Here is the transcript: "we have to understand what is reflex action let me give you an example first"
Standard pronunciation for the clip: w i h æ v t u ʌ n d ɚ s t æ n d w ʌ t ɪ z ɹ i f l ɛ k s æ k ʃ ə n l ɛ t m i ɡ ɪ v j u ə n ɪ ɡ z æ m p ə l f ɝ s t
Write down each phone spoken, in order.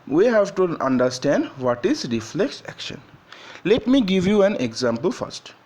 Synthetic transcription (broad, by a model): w i h æ v t u ʌ n d ɚ s t æ n d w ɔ t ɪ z ɹ i f l ɛ k s æ k ʃ ə n l ɛ t m i ɡ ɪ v j u ə n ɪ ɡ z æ m p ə l f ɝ s t